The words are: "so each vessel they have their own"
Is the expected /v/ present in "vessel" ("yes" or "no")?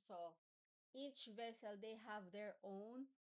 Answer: yes